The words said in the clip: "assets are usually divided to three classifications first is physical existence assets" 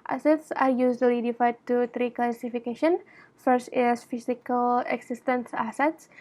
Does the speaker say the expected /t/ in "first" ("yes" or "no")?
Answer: yes